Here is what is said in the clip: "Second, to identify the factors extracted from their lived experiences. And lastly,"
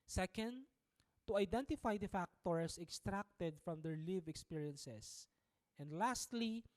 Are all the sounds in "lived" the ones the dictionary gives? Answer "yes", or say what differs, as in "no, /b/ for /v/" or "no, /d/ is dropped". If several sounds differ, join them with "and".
no, /d/ is dropped